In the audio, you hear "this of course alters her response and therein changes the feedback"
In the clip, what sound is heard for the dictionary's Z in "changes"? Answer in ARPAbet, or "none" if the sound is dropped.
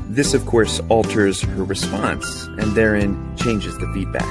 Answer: Z